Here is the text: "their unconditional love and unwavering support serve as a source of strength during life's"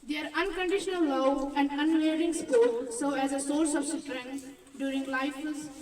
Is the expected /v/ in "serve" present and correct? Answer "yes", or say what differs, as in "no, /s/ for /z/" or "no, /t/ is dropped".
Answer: no, /v/ is dropped